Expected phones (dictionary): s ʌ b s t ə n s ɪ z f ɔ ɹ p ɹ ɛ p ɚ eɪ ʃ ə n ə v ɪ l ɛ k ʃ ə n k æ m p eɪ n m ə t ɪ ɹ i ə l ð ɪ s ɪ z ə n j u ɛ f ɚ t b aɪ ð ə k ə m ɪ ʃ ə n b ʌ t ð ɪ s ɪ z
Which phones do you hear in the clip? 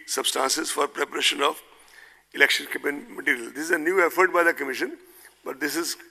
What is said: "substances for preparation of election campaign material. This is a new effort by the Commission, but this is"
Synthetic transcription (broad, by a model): s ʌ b s t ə n s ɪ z f ɔ ɹ p ɹ ɛ p ɚ eɪ ʃ ə n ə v ɪ l ɛ k ʃ ə n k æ p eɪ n m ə t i ɹ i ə l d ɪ s ɪ z ə n j u ɛ f ɚ t b aɪ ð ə k ə m ɪ ʃ ə n b ʌ t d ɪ s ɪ z